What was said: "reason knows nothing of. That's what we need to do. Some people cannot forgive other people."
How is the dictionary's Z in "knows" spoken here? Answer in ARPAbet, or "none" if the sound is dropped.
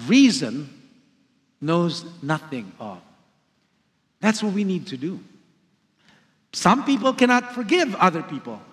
Z